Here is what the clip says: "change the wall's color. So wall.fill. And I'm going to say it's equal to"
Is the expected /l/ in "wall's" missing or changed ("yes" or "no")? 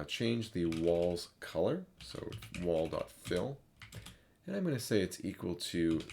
no